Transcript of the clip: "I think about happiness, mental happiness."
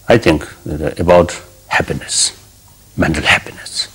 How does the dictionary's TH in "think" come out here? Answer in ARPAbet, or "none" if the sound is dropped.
T